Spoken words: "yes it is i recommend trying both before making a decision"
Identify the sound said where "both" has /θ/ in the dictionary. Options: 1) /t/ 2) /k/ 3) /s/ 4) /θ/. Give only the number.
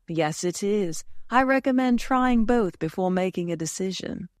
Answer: 4